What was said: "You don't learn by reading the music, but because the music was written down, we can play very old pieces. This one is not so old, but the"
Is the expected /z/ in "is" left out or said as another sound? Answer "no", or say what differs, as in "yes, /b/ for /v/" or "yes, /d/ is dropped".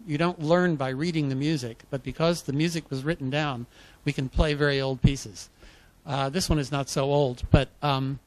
no